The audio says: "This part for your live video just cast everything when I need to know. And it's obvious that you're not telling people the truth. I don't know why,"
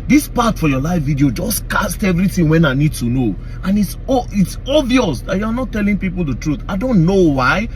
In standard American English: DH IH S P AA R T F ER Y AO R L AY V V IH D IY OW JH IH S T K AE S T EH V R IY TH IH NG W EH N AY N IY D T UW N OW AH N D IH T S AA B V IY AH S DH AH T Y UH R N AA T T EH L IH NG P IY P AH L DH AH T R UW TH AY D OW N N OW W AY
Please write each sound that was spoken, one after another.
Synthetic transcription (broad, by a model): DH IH S P AA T F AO Y AO L AY F V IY D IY OW JH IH S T K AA S T EH V R IY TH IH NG W EH N AY N IY D T UW N OW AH N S IH T S AA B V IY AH S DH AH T Y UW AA N AA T T EH L IH NG P IY P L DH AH T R UW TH AY D OW N N OW W AY